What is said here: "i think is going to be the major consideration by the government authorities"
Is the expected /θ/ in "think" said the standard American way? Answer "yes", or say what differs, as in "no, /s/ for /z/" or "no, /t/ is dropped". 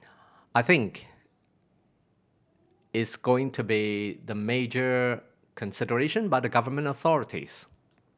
yes